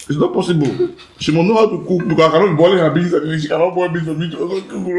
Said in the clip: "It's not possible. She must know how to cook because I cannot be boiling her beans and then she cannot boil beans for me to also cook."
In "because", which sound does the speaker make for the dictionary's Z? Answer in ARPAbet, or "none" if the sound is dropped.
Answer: none